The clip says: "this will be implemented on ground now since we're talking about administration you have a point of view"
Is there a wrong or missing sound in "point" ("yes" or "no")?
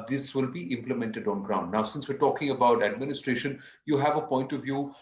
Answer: no